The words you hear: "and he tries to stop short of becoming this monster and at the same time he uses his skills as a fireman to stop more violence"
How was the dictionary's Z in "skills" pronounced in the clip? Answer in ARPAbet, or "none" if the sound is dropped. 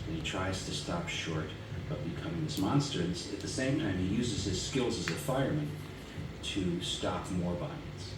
Z